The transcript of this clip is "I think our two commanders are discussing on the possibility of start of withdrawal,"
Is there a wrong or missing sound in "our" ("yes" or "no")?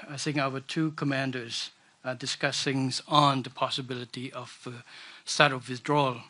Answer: yes